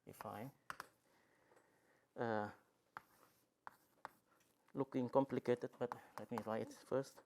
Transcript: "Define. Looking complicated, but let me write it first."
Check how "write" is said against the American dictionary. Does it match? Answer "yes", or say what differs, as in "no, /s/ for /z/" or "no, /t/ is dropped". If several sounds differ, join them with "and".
no, /l/ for /ɹ/